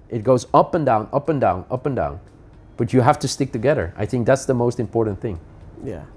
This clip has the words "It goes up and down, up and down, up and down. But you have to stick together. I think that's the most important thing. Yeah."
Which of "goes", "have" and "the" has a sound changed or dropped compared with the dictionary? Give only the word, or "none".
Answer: have